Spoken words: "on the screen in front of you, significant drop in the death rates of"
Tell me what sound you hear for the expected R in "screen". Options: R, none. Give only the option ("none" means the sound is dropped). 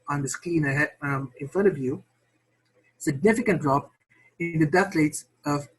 none